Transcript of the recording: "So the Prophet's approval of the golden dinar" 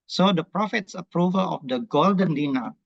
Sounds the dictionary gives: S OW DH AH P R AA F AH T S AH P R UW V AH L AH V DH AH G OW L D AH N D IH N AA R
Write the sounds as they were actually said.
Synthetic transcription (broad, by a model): S OW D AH P R AA F AH T S AH P R UW V AH L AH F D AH G OW L D AH N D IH N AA